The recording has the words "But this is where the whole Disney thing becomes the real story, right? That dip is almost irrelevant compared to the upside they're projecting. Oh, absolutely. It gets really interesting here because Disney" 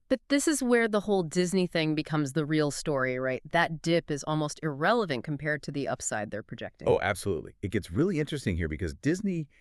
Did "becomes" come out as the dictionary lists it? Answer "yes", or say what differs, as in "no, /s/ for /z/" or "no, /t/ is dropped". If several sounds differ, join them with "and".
yes